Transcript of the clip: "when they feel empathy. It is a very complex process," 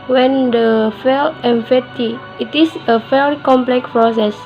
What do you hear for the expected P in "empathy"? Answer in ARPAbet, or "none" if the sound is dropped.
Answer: F